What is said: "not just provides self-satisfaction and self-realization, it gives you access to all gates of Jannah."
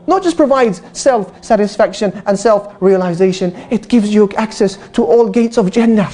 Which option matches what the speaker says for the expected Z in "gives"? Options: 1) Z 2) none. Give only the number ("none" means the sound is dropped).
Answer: 1